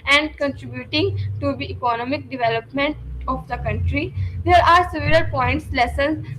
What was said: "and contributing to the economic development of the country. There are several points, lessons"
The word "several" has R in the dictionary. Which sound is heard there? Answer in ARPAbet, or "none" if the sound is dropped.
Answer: L